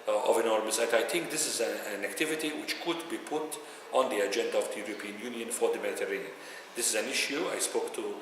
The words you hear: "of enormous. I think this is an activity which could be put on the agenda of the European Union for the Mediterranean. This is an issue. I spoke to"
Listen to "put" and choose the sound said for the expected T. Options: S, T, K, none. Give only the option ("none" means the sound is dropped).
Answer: T